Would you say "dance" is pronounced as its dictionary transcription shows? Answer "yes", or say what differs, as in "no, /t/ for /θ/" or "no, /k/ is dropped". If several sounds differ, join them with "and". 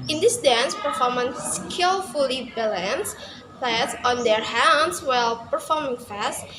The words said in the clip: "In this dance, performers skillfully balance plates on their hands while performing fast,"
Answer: yes